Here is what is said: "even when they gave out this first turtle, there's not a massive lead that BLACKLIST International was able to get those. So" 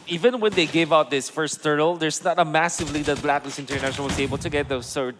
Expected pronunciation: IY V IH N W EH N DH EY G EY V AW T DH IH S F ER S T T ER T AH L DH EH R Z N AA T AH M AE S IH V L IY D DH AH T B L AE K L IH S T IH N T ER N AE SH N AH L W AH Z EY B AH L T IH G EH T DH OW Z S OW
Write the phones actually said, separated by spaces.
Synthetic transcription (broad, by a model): IY V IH N W EH N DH EY G EY V AW T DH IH S F ER S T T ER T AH L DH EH R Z N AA T AH M AE S IH V L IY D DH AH T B L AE K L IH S IH N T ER N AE SH AH N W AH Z EY B AH L T IH G EH T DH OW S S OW